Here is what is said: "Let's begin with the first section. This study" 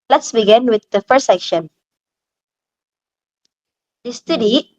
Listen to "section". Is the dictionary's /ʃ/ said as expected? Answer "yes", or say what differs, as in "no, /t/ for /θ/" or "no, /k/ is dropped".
yes